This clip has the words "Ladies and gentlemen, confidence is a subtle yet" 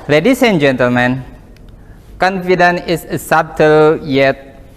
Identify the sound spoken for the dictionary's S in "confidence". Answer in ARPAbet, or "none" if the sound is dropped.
none